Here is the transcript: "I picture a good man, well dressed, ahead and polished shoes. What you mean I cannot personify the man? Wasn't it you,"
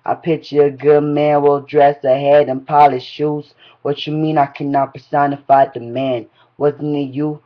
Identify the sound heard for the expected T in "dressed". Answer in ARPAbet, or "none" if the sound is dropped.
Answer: none